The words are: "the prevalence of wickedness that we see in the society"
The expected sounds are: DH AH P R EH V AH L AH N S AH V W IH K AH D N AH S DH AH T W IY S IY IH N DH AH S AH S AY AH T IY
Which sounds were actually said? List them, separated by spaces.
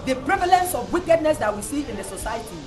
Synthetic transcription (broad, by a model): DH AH P R EH V AH L AH N S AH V W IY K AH D N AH S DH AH T W IY S IY IH N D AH S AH S AY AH T IY